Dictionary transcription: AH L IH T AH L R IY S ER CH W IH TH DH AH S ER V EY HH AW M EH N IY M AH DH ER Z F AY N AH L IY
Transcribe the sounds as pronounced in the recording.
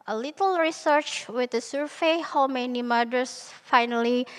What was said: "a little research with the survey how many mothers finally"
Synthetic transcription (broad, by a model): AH L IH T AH L R IY S ER CH W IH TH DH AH S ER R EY HH AW M EH N IY M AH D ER S F AY N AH L IY